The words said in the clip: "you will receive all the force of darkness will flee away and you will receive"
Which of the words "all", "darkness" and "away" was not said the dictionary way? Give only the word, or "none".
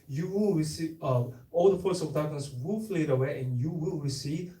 darkness